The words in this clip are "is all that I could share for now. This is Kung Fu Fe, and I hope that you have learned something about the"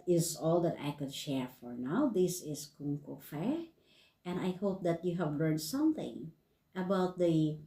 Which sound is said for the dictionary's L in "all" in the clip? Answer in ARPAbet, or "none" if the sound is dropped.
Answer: L